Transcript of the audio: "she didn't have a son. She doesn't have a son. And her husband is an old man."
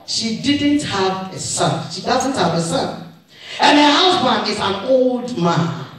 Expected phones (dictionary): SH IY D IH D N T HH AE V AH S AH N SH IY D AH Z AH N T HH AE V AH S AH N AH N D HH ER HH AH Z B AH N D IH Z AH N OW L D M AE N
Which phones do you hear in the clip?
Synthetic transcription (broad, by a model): SH IY D IH D N T HH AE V AH S AH N SH IY D AH Z AH N T HH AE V AH S AH N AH N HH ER HH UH S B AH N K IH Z AH N OW L D M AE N